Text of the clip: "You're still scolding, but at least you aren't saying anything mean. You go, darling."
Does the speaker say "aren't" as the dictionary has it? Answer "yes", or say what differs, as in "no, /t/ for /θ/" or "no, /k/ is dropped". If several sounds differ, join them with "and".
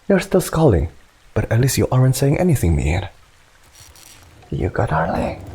yes